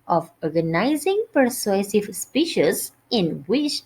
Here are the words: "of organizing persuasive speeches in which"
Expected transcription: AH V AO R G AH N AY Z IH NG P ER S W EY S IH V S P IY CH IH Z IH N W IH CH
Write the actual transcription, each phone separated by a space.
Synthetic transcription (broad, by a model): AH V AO R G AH N AY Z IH NG P ER S W EY S IH V S P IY SH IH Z IH N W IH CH